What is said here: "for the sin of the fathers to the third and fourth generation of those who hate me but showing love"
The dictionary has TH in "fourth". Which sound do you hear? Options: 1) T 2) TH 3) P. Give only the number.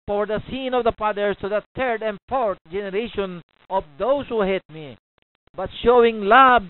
1